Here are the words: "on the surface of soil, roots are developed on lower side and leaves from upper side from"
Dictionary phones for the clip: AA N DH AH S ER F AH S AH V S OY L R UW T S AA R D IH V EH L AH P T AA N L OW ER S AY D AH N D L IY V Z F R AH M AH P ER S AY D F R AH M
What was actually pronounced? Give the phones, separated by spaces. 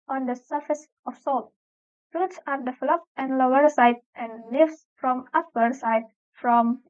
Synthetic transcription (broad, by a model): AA N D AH S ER F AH S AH F S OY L R UW T S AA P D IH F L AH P EH N L OW ER S AY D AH N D L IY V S F R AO M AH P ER S AY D F R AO M